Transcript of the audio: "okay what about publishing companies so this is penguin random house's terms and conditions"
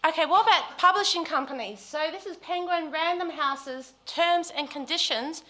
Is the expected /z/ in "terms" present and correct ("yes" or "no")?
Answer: yes